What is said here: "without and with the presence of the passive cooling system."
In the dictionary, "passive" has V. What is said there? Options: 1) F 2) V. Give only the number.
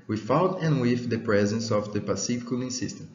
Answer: 1